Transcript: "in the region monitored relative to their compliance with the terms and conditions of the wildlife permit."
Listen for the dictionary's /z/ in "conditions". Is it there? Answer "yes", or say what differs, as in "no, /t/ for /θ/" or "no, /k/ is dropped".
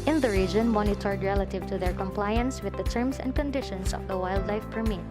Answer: no, /s/ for /z/